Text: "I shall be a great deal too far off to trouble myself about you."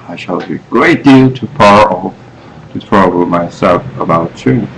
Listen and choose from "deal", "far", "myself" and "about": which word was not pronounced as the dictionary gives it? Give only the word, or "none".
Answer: far